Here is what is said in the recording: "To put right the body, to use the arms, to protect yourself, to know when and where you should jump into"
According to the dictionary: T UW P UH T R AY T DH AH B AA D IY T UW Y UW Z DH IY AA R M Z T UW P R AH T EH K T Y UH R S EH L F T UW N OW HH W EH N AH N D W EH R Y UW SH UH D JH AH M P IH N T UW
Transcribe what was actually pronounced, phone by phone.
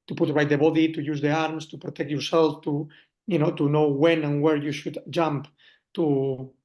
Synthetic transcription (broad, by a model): T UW P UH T R AY T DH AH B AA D IY T UW Y UW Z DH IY AA R M S T UW P R AH T EH K T Y UH R S EH L F T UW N OW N W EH N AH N W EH R Y UW SH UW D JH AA M P T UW